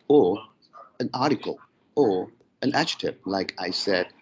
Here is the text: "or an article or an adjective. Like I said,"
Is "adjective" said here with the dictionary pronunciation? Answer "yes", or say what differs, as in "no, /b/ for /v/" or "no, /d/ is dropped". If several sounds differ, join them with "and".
no, /tʃ/ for /dʒ/ and /k/ is dropped and /p/ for /v/